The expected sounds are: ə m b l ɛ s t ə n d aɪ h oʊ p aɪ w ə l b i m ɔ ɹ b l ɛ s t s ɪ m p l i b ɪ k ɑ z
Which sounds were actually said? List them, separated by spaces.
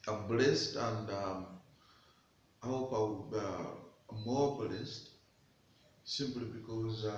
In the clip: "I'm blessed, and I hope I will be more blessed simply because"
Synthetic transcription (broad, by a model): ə b l ɛ s t ə n d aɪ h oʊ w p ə w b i m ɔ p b l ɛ s t s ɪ m p l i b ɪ k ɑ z